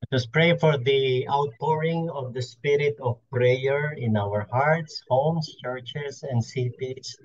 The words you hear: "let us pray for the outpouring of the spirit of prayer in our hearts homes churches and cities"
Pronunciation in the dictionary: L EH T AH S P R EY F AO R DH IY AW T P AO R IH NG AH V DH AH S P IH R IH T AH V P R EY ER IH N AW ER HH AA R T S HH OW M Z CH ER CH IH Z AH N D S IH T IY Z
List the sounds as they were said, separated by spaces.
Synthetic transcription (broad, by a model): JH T AH S P R EY F AO R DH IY AW T P AO R IH NG AH V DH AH S P IH R IH T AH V P R EY ER IH N AW ER HH AA R T S HH OW M S CH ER CH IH S AH N D S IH T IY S